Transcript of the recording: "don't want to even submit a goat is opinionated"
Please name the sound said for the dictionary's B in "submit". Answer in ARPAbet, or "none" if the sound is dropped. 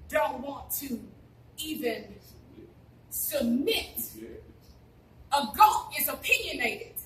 B